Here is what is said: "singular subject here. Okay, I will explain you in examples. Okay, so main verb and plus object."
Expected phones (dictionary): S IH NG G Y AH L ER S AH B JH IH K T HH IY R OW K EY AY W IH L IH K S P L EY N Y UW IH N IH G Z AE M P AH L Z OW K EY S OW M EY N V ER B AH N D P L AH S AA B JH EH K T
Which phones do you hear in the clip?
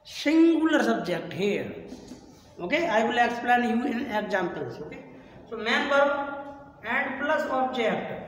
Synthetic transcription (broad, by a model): S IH NG G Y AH L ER S AH B JH IH K T HH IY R OW K EY AY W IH L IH K S P L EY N Y UW IH N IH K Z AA M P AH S OW K EY S OW M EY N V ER AH N D P L AH S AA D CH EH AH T